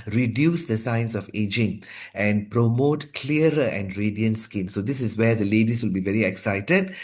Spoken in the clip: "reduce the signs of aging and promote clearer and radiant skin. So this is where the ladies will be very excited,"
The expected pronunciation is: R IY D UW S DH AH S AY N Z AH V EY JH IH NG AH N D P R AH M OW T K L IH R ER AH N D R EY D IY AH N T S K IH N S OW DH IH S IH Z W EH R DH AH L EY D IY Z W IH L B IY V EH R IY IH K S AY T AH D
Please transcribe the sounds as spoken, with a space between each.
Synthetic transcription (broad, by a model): R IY D UW S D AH S AY N S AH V EY JH IH NG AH N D P R AH M OW T K L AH R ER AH N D R EY D IY AH N T S K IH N S OW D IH S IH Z W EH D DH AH L EY D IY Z W IH L B IY V EH R IY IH K S AY T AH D